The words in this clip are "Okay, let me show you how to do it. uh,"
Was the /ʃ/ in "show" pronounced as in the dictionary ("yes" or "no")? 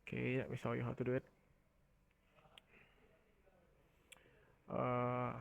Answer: no